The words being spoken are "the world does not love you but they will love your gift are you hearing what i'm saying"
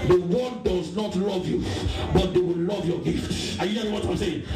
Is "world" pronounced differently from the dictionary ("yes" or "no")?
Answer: yes